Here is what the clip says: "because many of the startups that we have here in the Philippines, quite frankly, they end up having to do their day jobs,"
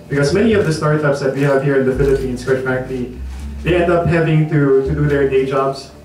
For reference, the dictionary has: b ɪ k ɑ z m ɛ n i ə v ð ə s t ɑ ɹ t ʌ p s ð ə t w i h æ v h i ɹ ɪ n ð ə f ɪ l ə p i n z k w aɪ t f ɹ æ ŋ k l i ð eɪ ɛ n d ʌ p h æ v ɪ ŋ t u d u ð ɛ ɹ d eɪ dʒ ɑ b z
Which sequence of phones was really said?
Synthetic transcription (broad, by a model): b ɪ k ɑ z m ɛ n i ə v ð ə s t ɑ ɹ t ʌ p s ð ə t w i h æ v h i ɹ ɪ n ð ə f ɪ l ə p i n s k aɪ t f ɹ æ k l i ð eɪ ɛ n d ʌ p h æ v ɪ ŋ t u d u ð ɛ ɹ d eɪ dʒ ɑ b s